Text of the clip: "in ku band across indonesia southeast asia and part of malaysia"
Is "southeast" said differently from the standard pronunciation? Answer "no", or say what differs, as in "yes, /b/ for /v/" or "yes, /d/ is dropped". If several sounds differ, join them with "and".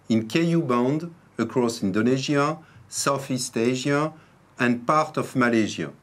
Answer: yes, /f/ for /θ/